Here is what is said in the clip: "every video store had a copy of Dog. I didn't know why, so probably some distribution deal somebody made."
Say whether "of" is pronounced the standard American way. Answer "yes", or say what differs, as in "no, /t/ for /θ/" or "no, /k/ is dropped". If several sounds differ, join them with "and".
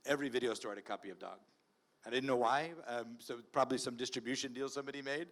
yes